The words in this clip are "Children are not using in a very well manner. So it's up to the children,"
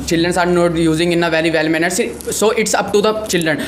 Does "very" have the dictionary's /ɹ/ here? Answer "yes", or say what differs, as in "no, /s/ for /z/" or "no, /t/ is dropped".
no, /l/ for /ɹ/